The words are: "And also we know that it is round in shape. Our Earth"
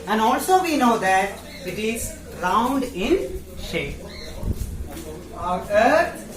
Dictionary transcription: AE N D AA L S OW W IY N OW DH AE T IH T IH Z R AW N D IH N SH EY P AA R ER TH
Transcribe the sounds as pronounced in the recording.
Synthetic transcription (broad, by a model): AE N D AA L S OW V IY N OW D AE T IH T IH Z R AW N D IH N SH EY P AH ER